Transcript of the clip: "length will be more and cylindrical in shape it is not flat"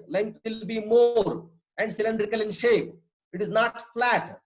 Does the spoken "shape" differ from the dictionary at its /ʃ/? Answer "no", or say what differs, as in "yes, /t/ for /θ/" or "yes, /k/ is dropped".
no